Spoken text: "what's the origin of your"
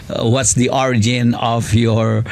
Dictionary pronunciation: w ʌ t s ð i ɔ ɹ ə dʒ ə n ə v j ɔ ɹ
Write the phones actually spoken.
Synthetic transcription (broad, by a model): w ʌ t s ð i ɔ ɹ ə dʒ ə n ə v j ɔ ɹ